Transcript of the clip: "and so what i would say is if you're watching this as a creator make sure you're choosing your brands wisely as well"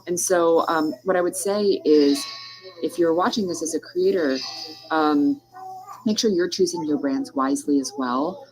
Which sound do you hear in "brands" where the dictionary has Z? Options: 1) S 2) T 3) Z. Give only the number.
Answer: 3